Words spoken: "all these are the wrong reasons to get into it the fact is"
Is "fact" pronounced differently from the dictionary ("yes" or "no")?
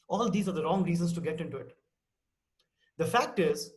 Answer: no